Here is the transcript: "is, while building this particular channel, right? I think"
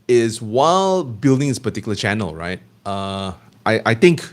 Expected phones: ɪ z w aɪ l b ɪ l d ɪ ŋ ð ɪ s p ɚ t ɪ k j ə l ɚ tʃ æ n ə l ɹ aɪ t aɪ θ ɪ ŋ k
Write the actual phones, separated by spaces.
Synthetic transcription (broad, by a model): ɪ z w aɪ l b ɪ l d ɪ ŋ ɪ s p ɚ t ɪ k j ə l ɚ tʃ æ n ə l ɹ aɪ t aɪ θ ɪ ŋ k